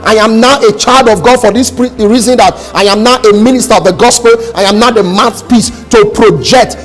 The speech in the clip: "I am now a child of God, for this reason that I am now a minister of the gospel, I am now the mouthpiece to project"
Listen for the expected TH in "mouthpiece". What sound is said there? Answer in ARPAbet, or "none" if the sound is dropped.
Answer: S